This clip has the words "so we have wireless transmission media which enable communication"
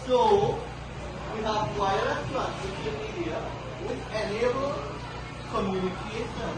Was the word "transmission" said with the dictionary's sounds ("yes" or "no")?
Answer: no